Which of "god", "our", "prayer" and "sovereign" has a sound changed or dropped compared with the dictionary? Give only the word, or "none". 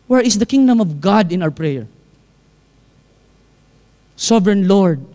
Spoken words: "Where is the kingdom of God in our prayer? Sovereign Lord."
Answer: none